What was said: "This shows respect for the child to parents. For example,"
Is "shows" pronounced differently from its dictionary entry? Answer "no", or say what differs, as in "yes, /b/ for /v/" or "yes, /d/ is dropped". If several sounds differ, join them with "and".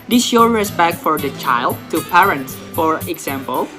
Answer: yes, /z/ is dropped